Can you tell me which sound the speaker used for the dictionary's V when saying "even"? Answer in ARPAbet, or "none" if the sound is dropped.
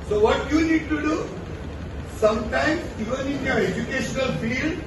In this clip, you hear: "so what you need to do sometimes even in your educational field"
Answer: V